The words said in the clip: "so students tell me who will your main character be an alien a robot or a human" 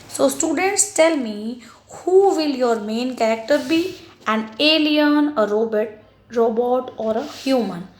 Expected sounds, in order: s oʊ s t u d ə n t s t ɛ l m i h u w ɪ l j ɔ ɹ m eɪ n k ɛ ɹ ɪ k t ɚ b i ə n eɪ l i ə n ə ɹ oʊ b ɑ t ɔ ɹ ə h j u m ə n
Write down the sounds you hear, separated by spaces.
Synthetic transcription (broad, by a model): s oʊ s t u d ə n t s t ɛ l m i h u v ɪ l j ɔ ɹ m eɪ n k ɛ ɹ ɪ k t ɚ b i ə n eɪ l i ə n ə ɹ oʊ b ɑ t ɔ ɹ ə h j u m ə n